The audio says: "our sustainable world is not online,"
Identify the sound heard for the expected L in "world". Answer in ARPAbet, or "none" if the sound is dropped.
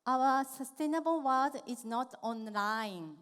none